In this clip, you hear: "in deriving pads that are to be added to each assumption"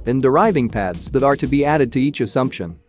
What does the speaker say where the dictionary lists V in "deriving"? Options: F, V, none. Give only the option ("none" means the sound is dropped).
V